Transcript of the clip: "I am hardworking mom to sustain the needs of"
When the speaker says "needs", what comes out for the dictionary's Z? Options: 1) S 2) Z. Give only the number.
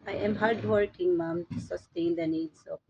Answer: 1